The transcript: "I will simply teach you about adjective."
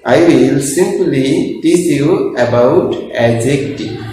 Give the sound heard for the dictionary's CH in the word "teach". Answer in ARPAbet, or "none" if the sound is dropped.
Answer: S